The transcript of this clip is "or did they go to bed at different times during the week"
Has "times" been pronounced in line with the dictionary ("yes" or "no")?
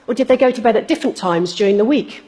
yes